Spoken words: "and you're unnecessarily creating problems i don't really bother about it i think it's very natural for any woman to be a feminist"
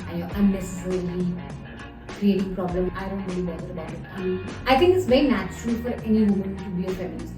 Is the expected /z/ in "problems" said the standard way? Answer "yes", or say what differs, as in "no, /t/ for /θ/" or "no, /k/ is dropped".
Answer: no, /z/ is dropped